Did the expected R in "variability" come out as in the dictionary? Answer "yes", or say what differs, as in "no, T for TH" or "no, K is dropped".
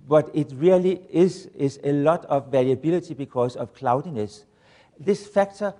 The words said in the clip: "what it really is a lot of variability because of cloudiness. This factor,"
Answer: no, L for R